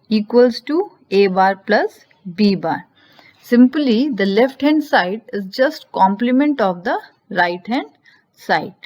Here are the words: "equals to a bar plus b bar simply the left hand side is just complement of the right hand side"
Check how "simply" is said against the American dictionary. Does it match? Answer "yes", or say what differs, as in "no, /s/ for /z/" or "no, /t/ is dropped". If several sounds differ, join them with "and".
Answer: yes